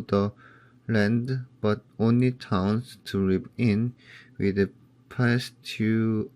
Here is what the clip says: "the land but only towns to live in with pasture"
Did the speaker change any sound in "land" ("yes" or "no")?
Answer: no